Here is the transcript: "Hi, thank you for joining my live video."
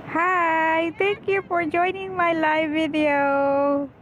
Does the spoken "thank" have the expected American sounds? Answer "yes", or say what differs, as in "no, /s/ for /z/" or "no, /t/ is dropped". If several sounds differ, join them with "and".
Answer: no, /t/ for /θ/